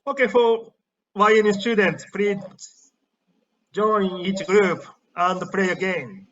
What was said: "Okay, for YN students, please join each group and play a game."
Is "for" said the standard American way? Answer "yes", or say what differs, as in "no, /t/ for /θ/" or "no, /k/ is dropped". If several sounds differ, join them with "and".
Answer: no, /w/ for /ɹ/